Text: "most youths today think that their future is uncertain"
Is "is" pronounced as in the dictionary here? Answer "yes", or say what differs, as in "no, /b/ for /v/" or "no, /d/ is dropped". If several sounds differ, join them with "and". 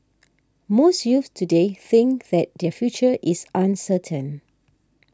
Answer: no, /s/ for /z/